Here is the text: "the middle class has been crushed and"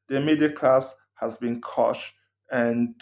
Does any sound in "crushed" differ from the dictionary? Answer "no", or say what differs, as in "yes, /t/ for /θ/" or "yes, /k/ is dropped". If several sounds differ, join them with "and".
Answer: yes, /ɹ/ is dropped